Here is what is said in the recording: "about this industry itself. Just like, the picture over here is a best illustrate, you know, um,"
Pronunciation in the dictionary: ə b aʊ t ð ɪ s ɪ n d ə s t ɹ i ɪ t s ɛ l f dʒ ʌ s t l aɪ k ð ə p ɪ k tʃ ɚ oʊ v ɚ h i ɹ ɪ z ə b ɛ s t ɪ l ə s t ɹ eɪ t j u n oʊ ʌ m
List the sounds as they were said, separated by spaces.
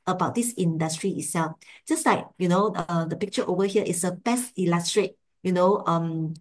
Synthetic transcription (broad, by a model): ə b aʊ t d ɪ s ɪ n d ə s t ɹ i ɪ t s ɛ l f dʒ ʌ s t l aɪ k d ə p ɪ k tʃ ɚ oʊ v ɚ h i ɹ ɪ s ə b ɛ s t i l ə s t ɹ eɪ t j u n oʊ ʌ m